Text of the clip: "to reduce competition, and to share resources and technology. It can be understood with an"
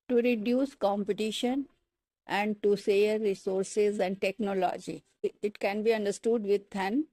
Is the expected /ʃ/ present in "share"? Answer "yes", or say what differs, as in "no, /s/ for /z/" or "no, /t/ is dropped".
no, /s/ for /ʃ/